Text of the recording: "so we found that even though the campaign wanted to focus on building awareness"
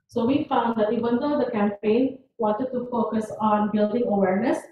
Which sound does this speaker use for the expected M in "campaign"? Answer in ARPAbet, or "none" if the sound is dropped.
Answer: M